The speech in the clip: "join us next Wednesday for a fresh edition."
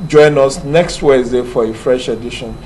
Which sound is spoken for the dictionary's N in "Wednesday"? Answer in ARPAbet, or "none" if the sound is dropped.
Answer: none